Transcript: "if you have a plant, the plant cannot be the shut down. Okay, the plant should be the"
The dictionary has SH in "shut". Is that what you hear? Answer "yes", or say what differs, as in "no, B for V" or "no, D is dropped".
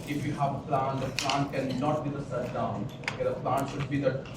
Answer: no, S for SH